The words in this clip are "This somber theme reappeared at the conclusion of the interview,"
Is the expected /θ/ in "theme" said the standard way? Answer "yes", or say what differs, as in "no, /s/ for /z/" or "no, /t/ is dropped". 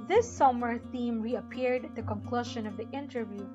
yes